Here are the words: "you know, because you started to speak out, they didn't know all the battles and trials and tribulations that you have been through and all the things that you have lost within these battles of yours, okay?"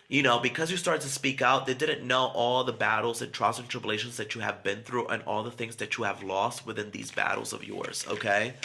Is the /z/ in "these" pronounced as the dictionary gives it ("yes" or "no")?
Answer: yes